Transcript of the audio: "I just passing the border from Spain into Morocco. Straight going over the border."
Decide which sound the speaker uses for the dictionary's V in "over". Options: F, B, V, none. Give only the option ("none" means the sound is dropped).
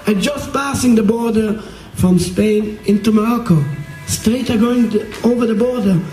V